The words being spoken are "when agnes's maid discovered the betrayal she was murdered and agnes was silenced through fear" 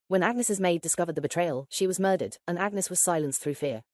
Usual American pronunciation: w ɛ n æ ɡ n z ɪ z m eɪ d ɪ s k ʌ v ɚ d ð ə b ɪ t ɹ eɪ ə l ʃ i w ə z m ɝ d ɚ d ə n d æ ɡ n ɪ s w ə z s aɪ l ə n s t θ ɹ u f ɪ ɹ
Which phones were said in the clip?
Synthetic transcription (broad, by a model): w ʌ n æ ɡ n s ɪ z m eɪ d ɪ s k ʌ v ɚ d ð ə b ɪ t ɹ eɪ ə l ʃ i w ə z m ɝ d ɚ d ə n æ ɡ n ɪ s w ə z s aɪ l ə n s θ ɹ u f ɪ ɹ